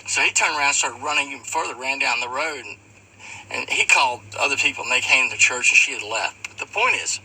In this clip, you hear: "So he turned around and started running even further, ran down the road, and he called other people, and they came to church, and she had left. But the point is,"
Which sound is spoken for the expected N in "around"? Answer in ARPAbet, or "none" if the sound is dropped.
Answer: none